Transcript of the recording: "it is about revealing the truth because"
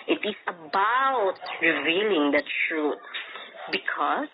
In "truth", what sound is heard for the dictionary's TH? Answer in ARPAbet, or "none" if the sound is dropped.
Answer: T